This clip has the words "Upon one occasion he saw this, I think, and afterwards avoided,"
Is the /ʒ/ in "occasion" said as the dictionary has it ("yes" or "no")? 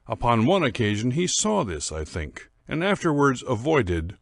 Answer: yes